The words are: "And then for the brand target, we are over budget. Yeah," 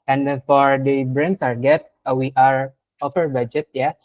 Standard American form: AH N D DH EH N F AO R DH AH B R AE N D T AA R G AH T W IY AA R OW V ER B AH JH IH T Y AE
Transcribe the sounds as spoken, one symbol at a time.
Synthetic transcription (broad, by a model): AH N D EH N F AO R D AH B R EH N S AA R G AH T W IY AA R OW F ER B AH JH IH T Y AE